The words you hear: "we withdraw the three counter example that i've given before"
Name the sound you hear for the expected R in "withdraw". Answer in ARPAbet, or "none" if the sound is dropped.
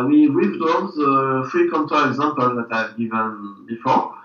none